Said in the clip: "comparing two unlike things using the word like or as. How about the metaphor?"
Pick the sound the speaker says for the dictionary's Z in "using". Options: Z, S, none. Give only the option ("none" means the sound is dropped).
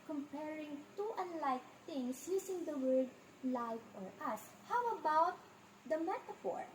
S